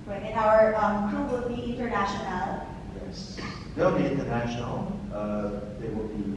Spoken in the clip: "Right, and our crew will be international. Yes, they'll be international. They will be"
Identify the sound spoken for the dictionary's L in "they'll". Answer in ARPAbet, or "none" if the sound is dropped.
L